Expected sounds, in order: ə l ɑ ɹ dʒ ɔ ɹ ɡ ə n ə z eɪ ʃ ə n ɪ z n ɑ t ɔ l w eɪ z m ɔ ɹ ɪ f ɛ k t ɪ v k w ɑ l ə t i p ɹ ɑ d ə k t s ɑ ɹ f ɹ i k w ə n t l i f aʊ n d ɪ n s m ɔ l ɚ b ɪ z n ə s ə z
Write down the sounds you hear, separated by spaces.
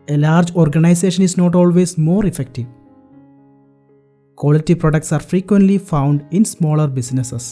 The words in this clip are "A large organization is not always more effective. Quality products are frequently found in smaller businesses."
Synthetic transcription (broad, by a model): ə l ɑ ɹ dʒ ɔ ɹ ɡ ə n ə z eɪ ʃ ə n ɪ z n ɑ t ɔ l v eɪ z m ɔ ɹ ɪ f ɛ k t ɪ v k w ɑ l ə t i p ɹ ɑ d ə k t s ɑ ɹ f ɹ i k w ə n t l i f aʊ n d ɪ n s m ɔ l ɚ b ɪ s n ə s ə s